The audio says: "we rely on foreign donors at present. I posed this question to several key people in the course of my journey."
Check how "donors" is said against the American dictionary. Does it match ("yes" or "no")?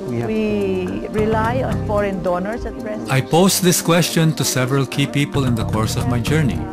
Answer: no